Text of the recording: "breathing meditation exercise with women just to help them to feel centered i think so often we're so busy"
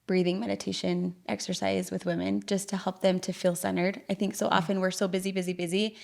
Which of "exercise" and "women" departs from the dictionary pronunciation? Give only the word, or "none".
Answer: none